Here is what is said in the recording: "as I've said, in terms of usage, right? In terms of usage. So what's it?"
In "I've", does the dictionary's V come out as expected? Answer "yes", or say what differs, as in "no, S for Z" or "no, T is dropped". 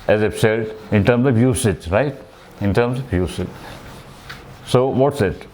no, P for V